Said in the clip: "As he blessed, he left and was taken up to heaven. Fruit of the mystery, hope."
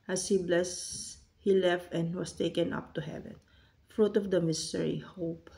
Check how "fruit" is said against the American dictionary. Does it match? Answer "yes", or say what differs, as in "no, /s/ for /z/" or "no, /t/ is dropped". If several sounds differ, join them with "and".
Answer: yes